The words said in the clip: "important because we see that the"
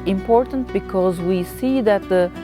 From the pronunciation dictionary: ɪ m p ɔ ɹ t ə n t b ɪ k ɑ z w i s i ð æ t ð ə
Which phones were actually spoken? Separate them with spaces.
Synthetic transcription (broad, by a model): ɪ m p ɔ ɹ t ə n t b ɪ k ɑ z w i s i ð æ t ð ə